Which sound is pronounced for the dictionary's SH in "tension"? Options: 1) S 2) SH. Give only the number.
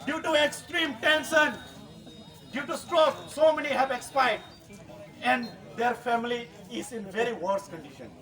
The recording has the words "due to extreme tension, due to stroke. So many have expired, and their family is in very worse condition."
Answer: 1